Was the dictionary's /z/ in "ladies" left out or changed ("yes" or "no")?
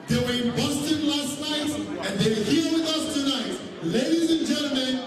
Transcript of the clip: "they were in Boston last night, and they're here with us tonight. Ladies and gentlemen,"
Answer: no